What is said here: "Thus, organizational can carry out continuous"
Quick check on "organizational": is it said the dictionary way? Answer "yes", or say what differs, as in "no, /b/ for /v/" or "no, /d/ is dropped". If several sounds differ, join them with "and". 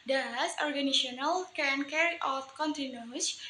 no, /s/ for /z/ and /ʃ/ is dropped